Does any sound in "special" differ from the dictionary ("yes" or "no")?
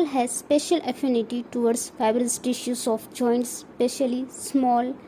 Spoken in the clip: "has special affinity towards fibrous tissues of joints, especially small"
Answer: no